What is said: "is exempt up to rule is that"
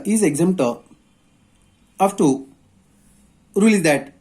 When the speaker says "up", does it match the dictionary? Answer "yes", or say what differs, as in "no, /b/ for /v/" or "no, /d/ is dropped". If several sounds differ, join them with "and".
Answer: no, /f/ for /p/